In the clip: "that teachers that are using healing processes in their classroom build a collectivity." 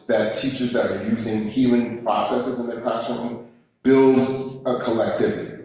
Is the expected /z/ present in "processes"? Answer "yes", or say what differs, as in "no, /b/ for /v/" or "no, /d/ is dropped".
yes